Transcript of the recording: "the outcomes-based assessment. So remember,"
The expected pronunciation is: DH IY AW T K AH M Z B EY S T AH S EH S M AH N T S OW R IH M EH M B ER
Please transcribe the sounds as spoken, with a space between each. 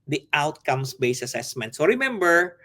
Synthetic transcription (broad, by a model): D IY AW T K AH M S B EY S AH S EH S M AH N T S OW R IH M EH M B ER